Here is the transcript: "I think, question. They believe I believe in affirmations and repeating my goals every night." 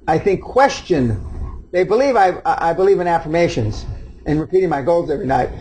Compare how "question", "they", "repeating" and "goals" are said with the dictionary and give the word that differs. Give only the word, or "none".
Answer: none